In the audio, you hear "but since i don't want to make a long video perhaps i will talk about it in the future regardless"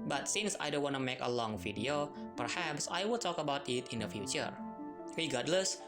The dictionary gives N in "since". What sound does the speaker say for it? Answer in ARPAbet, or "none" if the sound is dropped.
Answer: N